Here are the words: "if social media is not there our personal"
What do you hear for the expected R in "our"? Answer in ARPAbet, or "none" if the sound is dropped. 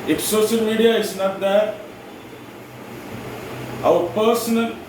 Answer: W